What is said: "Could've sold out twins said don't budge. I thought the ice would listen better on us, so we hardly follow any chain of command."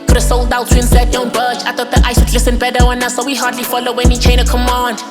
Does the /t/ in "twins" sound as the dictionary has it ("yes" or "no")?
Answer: no